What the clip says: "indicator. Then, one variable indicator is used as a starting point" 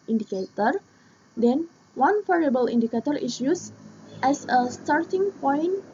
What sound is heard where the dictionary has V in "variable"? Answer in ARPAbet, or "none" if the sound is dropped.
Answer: F